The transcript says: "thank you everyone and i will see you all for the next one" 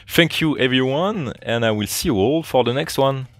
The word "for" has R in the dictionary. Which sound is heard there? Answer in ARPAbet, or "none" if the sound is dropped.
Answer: R